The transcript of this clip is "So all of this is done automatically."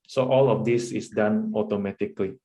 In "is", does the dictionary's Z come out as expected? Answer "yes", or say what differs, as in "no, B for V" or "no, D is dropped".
no, S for Z